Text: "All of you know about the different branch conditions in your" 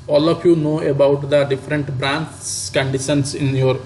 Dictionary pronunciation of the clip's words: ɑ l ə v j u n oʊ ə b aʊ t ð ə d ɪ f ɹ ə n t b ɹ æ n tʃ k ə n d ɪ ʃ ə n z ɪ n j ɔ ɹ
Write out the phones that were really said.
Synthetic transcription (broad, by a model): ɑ l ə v j u n oʊ ə b aʊ t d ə d ɪ f ɹ ə n t b ɹ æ n s k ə n d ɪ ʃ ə n s ɪ n j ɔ ɹ